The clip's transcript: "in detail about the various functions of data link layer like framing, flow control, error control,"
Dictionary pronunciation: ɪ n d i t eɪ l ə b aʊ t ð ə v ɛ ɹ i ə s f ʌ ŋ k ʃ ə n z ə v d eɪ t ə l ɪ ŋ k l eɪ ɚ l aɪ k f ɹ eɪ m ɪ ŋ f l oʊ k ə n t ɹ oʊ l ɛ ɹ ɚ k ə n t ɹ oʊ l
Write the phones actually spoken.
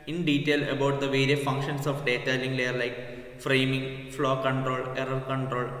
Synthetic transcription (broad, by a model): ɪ n d i t eɪ l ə b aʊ t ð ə v ɛ ɹ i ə f ʌ ŋ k ʃ ə n s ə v d eɪ t ə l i ŋ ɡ l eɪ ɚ l aɪ k f ɹ eɪ m ɪ ŋ f l oʊ k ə n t ɹ oʊ l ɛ ɹ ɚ k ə n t ɹ oʊ l